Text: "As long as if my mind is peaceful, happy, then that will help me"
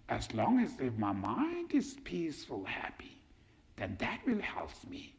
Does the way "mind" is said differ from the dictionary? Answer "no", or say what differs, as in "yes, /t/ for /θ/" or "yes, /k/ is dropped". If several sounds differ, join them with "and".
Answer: no